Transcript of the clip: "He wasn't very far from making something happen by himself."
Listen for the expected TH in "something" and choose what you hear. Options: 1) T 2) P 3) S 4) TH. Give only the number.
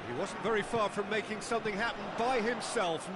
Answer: 4